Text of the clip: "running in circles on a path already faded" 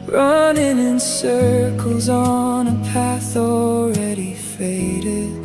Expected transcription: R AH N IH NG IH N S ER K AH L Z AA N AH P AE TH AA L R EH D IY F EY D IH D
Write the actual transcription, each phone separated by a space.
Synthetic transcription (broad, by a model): R AH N IH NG IH N S ER K L Z N AH P AE TH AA L R EH D IY F EY D IH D